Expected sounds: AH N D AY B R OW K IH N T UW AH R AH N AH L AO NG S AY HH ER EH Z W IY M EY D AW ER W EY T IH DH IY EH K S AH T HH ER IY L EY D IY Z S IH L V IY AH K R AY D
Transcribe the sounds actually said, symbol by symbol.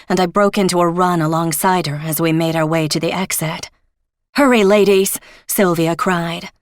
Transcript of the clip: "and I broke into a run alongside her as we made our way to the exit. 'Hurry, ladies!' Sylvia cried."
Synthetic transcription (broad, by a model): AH N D AY B R OW K IH N T UW AH R AH N AH L AO NG S AY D ER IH Z W IY M EY D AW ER W EY T IH DH IY EH K S AH T HH ER IY L EY D IY Z S IH L V IY AH K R AY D